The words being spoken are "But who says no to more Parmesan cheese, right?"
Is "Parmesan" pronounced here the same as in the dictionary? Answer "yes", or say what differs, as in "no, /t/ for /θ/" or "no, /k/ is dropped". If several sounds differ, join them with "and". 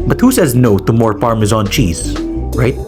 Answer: no, /f/ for /p/